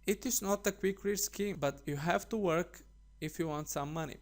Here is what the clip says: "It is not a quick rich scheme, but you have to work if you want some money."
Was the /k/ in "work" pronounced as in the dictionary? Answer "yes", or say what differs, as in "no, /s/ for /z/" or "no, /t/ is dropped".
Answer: yes